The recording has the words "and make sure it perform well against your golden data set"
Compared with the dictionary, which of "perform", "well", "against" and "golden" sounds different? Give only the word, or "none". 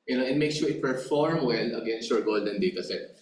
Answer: well